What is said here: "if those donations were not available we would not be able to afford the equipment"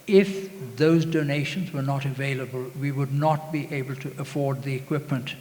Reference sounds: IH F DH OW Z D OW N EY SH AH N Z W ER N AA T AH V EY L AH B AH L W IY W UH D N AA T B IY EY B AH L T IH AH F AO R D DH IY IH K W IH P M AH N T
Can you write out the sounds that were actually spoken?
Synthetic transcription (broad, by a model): IH F DH OW Z D OW N EY SH AH N Z W ER N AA T AH V EY L AH B AH L W IY W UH D N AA T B IY EY B AH L T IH AH F AO R D DH IY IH K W IH P M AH N T